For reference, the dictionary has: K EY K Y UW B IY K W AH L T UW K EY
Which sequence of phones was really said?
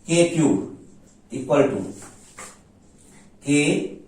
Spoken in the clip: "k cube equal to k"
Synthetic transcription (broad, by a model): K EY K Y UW IY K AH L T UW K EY